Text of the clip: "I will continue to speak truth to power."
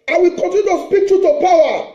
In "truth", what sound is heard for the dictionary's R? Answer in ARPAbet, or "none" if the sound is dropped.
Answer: none